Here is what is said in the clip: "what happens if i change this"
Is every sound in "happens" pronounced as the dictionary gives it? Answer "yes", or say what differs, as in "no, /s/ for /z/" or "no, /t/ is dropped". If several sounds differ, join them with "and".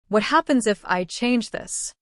yes